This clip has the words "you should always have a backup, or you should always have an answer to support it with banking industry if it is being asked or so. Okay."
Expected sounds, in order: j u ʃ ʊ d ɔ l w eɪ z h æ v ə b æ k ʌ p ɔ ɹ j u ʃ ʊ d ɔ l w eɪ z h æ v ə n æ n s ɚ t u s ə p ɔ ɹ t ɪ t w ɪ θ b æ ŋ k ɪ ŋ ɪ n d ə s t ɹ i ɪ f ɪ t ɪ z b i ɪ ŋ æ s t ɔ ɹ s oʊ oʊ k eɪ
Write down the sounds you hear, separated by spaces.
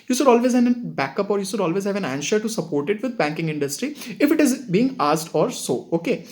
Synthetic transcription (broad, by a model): j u ʃ ʊ d ɔ l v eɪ z h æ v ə b æ k ʌ p ɔ ɹ j u ʃ ʊ d ɔ l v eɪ z h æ v ə n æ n ʃ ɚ t u s ə p ɔ ɹ t ɪ t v ɪ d b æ ŋ k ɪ ŋ ɪ n d ə s t ɹ i ɪ f ɪ t ɪ z b i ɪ ŋ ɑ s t ɔ ɹ s oʊ oʊ k eɪ